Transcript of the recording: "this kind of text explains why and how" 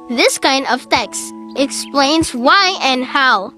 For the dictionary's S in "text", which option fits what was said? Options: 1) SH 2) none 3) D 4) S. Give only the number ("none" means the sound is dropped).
4